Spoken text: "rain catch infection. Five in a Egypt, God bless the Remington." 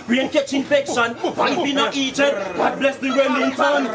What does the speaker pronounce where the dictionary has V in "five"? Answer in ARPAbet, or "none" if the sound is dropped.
none